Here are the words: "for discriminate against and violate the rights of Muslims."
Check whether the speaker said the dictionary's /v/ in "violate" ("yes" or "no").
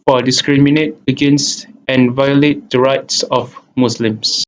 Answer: yes